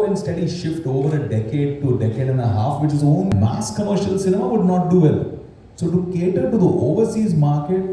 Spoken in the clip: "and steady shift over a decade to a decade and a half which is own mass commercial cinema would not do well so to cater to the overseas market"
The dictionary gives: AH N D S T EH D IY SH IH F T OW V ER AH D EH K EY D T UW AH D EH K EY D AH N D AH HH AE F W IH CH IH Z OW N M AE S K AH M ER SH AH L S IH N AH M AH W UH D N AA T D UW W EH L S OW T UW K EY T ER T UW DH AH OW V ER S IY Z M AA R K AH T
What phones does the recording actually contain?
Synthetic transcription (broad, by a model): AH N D S T EH D IY SH IH F T OW V ER AH D EH K EY D T UW D EH K EY D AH N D AH HH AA F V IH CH IH Z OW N M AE S K AH M ER SH AH L S IH N AH M AH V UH D N AA T D UW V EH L S OW T UW K EY T ER T UW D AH OW V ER S IY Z M AA R K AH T